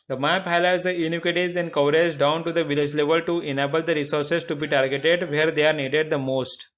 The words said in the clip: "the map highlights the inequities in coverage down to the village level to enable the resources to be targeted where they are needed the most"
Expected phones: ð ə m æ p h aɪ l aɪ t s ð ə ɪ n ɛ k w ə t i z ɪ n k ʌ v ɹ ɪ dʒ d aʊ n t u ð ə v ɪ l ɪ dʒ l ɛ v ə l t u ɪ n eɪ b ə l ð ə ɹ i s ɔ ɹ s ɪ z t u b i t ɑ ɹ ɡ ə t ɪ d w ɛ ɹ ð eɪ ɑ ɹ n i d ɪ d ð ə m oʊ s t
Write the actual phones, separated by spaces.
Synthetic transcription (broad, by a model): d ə m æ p h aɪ l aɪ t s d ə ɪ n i k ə t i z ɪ n k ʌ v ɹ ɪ z d aʊ n t u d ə v ɪ l ɪ dʒ l ɛ v ə l t u ɪ n eɪ b ə l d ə ɹ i s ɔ ɹ s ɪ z t u b i t ɑ ɹ ɡ ə t ɪ d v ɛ ɹ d eɪ ɑ ɹ n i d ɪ d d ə m oʊ s t